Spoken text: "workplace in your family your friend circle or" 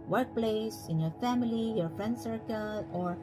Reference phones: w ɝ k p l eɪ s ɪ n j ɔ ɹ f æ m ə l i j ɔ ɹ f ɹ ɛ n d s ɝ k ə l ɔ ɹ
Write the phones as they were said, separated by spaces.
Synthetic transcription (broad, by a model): w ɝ k p l eɪ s ɪ n j ɔ ɹ f æ m ə l i j ɔ ɹ f ɹ ɛ n d s ɝ k ə l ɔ ɹ